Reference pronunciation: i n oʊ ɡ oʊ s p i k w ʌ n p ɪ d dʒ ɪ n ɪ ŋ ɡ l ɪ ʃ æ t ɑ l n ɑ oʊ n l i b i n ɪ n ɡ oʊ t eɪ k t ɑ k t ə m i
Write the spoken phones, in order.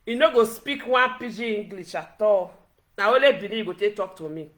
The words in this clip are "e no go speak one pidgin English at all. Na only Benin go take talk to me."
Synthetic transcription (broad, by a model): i n oʊ ɡ oʊ s p i k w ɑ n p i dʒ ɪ i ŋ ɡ l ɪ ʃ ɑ t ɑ n ɑ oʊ l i b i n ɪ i ɡ oʊ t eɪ t ɑ k t ə m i